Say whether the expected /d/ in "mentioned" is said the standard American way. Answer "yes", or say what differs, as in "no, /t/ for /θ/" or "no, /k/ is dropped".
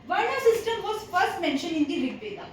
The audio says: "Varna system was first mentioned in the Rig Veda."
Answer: no, /d/ is dropped